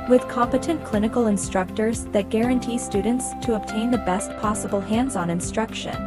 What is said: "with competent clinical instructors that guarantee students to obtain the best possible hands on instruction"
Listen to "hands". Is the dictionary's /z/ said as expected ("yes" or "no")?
yes